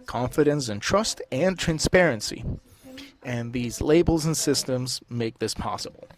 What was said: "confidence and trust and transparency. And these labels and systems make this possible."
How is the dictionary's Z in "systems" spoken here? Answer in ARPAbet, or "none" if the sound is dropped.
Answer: Z